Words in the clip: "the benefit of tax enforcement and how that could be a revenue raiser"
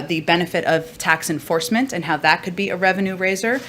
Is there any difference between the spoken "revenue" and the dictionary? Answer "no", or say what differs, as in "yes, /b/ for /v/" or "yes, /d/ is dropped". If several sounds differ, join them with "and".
no